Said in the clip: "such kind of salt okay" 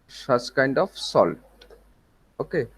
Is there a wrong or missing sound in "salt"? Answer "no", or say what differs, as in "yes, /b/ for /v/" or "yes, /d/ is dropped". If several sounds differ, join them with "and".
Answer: yes, /t/ is dropped